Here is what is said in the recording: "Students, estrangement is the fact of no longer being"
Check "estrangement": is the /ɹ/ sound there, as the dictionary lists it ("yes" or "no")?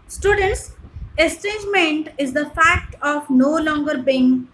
no